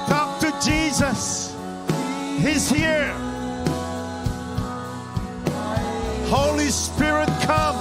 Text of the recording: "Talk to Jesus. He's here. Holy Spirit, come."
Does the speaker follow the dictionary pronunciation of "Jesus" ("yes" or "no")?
yes